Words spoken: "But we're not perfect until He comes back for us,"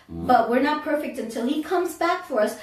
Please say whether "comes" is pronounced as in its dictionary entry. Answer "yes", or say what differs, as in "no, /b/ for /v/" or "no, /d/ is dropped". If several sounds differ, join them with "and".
yes